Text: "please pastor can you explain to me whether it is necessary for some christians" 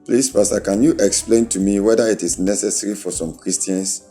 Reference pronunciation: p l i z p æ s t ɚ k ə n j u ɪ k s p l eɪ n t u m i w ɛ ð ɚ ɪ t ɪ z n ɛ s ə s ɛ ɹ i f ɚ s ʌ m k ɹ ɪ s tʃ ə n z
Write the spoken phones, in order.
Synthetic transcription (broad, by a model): p l i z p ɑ s t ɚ k ə n j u ɪ k s p l eɪ n t u m i w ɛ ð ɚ ɪ t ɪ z n ɛ s ə s ɛ ɹ i f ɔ s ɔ m k ɹ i s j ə n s